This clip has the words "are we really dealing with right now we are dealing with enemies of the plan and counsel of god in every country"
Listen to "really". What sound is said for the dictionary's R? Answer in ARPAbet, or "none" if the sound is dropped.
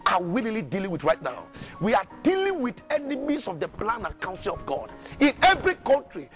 L